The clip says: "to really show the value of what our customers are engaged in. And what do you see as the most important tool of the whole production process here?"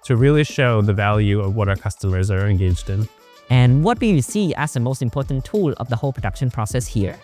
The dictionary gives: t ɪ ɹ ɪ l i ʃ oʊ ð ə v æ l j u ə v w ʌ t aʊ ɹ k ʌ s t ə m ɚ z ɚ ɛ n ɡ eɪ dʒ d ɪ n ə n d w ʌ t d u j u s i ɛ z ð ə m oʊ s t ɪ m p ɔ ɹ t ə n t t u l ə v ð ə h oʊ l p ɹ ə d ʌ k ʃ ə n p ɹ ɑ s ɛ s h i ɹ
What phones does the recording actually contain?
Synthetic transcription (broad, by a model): t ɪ ɹ ɪ l i ʃ oʊ ð ə v æ l j u ə v w ʌ t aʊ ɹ k ʌ s t ə m ɚ z ɚ ɛ n ɡ eɪ dʒ d ɪ n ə n w ʌ t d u j u s i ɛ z ð ə m oʊ s t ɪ m p ɔ ɹ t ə n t t u l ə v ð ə h oʊ l p ɹ ə d ʌ k ʃ ə n p ɹ ɑ s ɛ s h i ɹ